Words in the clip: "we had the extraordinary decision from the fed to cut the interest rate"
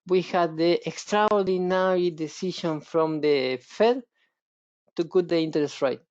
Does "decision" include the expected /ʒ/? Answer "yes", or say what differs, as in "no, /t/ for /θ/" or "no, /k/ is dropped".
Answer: no, /ʃ/ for /ʒ/